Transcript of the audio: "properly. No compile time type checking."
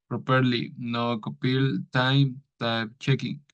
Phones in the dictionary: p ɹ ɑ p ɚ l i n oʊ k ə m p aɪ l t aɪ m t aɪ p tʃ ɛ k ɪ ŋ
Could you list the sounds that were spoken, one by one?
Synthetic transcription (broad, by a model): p ɹ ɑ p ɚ l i n oʊ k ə p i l t aɪ m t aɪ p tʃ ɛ k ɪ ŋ